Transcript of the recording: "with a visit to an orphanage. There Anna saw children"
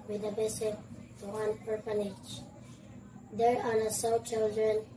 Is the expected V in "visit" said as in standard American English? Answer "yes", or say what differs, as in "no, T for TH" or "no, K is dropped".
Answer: no, B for V